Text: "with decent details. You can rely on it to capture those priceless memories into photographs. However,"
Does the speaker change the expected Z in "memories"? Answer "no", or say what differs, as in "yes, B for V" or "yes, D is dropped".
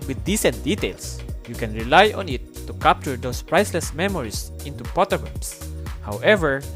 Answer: yes, S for Z